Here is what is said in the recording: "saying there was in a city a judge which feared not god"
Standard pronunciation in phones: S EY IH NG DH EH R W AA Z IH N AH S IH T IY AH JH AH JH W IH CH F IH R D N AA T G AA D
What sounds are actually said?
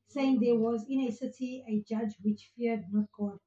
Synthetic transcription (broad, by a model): S EY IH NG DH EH W AA Z IH N AH S IH T IY AH JH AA JH W IH CH F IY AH D N AA T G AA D